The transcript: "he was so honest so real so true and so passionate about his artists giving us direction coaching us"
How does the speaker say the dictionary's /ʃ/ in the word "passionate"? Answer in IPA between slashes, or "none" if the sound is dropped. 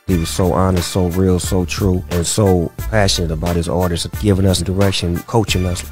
/ʃ/